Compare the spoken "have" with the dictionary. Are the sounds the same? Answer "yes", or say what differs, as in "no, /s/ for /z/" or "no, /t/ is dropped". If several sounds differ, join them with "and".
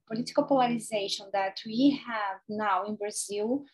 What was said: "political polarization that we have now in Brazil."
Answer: yes